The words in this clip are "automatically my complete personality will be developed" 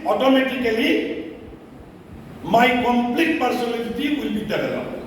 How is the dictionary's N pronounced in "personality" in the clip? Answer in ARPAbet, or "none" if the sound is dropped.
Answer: L